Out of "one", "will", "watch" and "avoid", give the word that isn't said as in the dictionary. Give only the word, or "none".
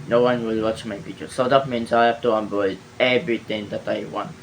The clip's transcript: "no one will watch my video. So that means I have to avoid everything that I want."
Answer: avoid